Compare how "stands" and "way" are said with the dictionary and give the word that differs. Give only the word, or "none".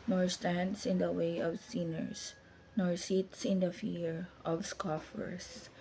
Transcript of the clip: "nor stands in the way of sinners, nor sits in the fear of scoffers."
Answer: stands